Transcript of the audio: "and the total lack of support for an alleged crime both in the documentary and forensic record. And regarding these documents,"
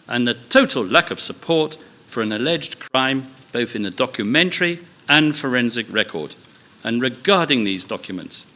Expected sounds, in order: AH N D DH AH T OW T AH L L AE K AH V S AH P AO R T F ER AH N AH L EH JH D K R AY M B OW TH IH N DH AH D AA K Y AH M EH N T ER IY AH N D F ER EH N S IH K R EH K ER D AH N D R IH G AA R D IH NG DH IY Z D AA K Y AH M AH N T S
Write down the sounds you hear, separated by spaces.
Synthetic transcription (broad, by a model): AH N DH AH T OW T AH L L AE K AH V S AH P AO R T F ER AH N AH L EH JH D K R AY M B OW TH IH N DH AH D AA K Y AH M EH N T ER IY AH N F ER EH N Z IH K R EH K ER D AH N R IH G AA R D IH NG DH IY Z D AA K Y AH M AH N T S